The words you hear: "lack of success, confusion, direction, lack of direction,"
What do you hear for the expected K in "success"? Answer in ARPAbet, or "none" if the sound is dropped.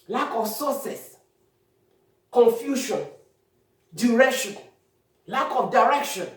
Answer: none